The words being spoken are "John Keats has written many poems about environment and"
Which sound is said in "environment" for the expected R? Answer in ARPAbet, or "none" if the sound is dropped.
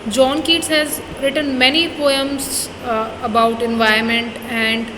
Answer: none